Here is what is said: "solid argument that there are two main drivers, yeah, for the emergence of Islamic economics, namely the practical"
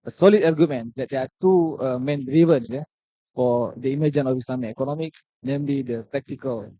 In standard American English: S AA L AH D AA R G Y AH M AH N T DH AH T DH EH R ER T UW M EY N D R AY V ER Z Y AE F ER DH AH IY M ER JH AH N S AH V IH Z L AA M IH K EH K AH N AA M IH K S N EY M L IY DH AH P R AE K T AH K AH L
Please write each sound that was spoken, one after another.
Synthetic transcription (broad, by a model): S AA L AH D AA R G Y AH M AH N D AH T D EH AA T UW M EY N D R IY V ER S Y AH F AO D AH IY M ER JH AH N AH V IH S L AA M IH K EH K AH N AA M IH K S N EY M L IY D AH P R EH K T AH K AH L